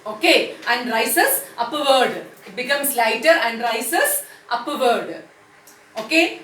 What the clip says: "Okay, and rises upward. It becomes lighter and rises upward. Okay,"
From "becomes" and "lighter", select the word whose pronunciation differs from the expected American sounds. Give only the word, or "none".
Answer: becomes